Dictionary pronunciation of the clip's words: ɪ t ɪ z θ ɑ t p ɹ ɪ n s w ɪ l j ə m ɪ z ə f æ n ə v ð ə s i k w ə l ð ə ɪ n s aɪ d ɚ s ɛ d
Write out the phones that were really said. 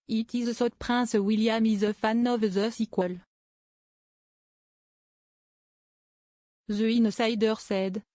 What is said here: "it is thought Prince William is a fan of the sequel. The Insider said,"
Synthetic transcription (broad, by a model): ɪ t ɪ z s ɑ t p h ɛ s w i l j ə m ɪ z ə f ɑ n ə v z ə s i k w ə l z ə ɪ n s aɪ d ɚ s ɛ d